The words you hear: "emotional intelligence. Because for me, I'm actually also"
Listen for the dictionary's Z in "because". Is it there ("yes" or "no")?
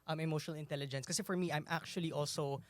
no